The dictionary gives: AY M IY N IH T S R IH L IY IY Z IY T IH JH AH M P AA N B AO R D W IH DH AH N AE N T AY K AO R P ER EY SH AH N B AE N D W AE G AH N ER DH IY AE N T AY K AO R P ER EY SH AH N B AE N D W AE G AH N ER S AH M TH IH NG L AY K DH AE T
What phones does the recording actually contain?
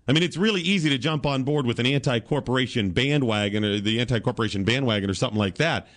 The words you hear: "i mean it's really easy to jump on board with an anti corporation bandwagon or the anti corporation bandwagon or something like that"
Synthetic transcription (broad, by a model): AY M IY N IH T S R IH L IY IY Z IY T IH JH AH M P AA N B AO R D W IH DH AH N AE N T AY K AO R P ER EY SH AH N B AE N D W AE G AH N ER DH IY AE N T AY K AO R P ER EY SH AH N B AE N D W AE G AH N ER S AH M TH IH NG L AY K DH AE T